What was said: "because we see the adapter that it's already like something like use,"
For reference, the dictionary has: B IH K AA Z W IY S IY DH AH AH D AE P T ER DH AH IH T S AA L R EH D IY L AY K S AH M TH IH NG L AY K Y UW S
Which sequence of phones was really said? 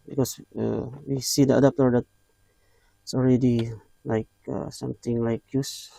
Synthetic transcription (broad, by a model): B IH K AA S W IY S IY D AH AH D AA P T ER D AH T S AA L R EH D IY L AY K S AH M T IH NG L AY K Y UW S